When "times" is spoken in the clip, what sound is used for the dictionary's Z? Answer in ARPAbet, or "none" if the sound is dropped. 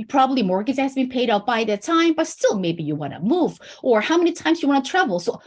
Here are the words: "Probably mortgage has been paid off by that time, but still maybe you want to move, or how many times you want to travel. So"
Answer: Z